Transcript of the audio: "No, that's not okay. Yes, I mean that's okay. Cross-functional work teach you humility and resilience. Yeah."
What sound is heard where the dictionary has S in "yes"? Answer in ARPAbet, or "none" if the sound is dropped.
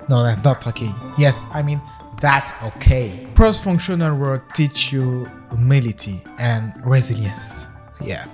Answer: S